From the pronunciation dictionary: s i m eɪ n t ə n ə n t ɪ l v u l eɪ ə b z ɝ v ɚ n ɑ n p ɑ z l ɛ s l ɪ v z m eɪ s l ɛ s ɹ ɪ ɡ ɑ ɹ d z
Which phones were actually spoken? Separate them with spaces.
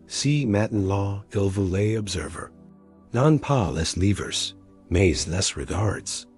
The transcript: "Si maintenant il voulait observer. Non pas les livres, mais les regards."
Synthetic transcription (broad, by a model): s i m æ t n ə ɪ l v u l eɪ ə b z ɝ v ɚ n ɑ n p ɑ l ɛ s l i v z m eɪ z l ɛ s ɹ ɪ ɡ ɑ ɹ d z